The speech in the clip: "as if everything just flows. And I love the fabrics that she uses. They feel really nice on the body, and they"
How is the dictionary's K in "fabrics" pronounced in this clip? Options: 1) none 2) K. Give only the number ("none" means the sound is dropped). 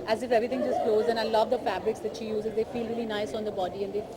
2